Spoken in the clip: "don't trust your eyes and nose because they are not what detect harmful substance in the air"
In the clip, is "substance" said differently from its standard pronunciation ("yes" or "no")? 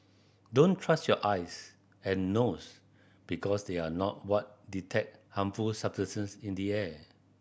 yes